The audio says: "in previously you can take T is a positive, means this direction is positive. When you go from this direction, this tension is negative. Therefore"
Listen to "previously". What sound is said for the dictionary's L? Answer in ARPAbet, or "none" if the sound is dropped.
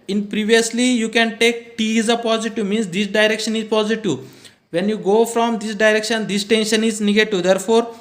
L